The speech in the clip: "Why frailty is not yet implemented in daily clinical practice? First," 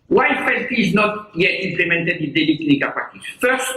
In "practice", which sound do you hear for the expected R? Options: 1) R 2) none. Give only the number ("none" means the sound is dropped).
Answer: 2